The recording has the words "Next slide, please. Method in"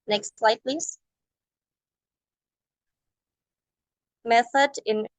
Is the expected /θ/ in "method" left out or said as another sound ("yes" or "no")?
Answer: no